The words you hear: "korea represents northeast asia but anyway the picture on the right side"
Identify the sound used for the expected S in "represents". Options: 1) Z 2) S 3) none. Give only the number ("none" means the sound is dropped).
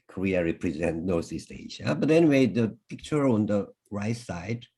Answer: 3